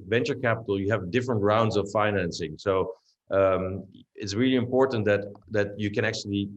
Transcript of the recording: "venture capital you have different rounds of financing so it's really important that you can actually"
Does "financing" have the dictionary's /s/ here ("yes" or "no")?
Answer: yes